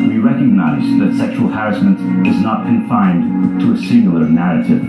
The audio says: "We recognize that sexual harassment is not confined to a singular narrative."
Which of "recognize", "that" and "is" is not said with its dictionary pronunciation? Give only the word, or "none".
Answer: none